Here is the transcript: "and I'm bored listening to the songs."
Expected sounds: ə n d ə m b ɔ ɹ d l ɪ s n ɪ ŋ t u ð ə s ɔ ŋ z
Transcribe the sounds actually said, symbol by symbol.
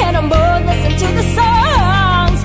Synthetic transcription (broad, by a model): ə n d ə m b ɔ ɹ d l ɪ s ɪ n t u ð ə s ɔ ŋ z